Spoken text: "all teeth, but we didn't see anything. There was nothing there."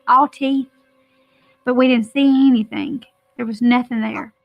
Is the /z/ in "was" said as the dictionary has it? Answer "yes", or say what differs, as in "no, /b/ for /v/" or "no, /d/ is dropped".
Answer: yes